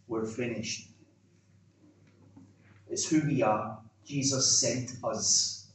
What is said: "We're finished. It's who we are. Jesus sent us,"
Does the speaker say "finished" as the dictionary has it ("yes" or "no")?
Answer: yes